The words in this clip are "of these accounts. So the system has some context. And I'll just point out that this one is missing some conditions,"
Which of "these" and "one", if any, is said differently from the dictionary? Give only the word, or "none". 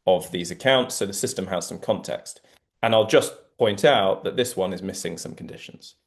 none